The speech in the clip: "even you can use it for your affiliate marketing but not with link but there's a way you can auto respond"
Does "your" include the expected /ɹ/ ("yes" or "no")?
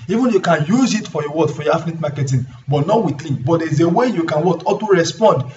no